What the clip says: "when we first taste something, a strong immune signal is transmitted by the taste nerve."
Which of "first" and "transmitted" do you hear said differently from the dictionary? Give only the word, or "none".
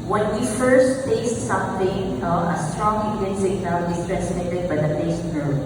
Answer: transmitted